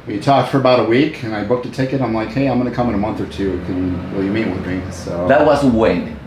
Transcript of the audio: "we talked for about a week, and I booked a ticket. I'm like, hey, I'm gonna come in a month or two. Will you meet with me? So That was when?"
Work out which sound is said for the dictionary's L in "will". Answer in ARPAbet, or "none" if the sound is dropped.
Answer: N